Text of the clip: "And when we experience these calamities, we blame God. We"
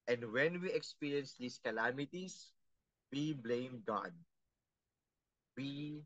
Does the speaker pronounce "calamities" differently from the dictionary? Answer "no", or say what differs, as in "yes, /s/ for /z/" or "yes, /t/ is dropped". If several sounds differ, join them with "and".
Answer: yes, /s/ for /z/